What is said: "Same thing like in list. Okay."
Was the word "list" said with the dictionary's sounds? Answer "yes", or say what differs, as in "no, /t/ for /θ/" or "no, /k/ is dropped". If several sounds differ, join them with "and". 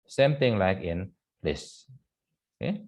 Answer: no, /t/ is dropped